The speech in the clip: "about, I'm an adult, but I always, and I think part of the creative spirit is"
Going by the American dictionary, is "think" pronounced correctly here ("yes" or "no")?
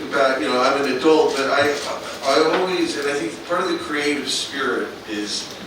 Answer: yes